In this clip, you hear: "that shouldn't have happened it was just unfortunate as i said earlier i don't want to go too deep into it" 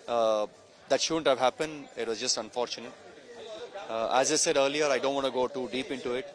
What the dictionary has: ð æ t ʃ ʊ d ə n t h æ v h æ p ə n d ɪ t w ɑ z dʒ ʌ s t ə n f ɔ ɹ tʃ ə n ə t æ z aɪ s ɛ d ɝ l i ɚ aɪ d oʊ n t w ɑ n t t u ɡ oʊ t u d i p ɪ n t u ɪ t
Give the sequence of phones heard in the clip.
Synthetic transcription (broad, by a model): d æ t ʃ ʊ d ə n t h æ v h æ p ə n d ɪ t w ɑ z dʒ ʌ s t ə n f ɔ ɹ tʃ ə n ə t æ z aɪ s ɛ d ɝ l i ɚ aɪ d oʊ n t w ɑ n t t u ɡ oʊ t u d i p ɪ n t u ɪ t